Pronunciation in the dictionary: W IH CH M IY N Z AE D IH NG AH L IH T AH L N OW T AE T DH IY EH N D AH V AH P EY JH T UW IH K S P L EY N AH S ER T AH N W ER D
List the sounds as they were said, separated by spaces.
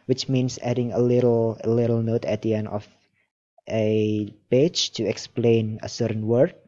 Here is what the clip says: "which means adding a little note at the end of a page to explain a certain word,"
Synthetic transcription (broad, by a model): W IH CH M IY N S AE D IH NG AH L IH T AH L N OW T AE T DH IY EH N D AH F AH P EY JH T UW IH K S P L EY N AH S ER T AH N W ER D